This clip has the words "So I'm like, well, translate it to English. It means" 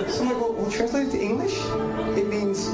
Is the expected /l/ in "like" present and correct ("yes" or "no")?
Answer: no